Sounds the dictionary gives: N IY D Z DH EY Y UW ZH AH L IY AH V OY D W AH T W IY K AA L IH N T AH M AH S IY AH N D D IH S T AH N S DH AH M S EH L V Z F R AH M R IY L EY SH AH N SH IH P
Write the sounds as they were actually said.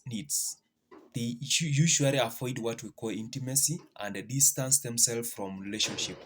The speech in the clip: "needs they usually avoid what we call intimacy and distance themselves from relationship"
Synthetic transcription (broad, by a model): N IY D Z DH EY Y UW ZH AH L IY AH F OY D W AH T W IY K AA L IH N T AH M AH S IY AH N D D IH S T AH N S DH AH M S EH L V F R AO M R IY L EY SH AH N SH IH P